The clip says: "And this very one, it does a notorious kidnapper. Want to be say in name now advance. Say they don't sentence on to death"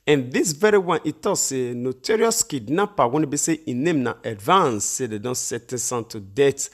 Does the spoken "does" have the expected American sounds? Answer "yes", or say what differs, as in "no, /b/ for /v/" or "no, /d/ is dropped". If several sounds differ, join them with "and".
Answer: no, /s/ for /z/